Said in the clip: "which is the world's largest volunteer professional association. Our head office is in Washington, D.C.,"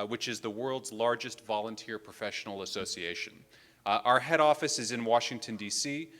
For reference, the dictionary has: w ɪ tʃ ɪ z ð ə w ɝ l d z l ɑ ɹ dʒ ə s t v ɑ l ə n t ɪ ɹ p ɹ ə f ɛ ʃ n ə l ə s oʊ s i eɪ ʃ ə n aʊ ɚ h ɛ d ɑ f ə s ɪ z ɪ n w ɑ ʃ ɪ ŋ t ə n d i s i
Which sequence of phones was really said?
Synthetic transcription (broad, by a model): w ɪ tʃ ɪ z ð ə w ɝ l d z l ɑ ɹ dʒ ə s t v ɑ l ə n t ɪ ɹ p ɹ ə f ɛ ʃ n l ə s oʊ s i eɪ ʃ ə n aʊ ɚ h ɛ d ɑ f ə s ɪ z ɪ n w ɑ ʃ ɪ ŋ t ə n d i s i